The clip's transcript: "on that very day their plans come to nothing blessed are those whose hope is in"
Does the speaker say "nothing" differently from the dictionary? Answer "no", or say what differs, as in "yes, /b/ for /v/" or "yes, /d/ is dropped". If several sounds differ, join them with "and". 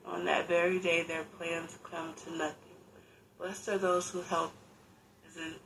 no